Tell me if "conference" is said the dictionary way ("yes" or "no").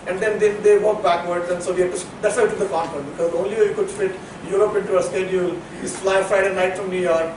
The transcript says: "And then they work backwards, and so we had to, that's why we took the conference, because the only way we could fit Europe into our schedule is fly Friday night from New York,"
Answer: no